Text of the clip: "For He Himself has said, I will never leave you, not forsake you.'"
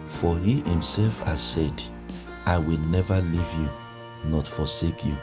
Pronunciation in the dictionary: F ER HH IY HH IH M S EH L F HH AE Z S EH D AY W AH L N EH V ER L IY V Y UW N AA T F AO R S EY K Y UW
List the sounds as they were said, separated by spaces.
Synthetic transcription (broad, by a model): F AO HH IY HH IH M S EH L F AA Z S EH D AY W AH L N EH V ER L IY V Y UW N AA T F AO S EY K Y UW